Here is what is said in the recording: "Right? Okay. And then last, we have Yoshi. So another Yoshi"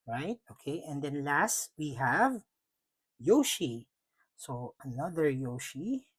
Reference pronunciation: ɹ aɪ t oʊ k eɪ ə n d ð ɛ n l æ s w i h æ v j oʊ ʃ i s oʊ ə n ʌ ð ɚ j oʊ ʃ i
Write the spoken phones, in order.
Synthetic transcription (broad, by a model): ɹ aɪ t oʊ k eɪ ə n d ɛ n l æ s w i h æ v j oʊ ʃ i s oʊ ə n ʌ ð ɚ j oʊ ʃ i